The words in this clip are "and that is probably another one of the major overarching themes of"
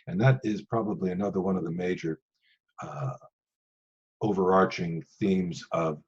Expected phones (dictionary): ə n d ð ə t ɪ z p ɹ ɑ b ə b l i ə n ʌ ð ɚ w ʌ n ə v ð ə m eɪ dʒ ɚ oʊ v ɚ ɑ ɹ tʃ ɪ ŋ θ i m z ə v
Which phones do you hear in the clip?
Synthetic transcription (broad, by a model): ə n ð ə t ɪ z p ɹ ɑ b ə b l i ə n ʌ ð ɚ w ʌ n ə v ð ə m eɪ dʒ ɚ oʊ v ɚ ɑ ɹ tʃ ɪ ŋ θ i m z ə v